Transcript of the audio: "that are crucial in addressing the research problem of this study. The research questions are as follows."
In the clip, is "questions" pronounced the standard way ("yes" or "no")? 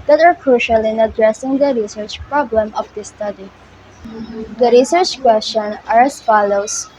no